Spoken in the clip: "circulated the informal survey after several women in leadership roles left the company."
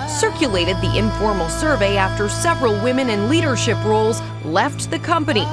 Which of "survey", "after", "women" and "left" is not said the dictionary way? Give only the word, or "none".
none